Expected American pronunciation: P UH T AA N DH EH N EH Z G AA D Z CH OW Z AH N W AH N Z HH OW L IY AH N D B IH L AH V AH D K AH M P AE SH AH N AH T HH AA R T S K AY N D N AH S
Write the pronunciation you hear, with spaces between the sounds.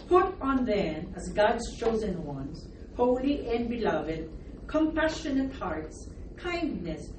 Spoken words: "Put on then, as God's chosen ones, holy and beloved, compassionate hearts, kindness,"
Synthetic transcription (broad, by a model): P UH T N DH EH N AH Z G AA D Z CH OW Z AH N W AH N Z HH OW L IY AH N B IH L AH V AH D K AH M P AE SH AH N AH T HH AA R T S K AY N D N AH S